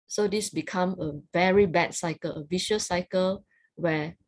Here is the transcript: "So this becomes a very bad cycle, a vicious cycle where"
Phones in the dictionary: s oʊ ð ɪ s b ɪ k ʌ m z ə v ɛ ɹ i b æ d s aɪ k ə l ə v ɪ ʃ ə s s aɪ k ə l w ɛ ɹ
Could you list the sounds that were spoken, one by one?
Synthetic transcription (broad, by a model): s oʊ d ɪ s b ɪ k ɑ m ə v ɛ ɹ i b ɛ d s aɪ k ə l ə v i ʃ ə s s aɪ k ə l w ɛ